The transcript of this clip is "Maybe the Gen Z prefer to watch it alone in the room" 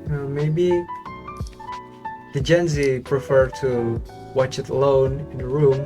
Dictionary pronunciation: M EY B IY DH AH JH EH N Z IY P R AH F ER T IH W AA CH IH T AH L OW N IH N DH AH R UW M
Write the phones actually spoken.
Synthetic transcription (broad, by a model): M EY B IY DH AH JH EH N Z IY P R AH F ER T IH W AA CH IH T AH L OW N IH N DH AH R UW M